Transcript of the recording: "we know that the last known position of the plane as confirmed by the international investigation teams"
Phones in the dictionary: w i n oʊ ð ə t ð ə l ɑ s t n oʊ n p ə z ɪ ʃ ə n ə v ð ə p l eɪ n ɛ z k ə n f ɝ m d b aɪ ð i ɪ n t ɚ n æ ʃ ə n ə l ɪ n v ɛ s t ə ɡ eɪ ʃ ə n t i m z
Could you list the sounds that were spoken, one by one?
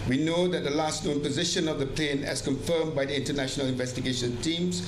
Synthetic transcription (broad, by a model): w i n oʊ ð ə t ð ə l ɑ s t n oʊ n p ə z ɪ ʃ ə n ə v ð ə p l eɪ n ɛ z k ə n f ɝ m b aɪ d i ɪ n t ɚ n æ ʃ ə n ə l ɪ n v ɛ s t ə ɡ eɪ ʃ ə n t i m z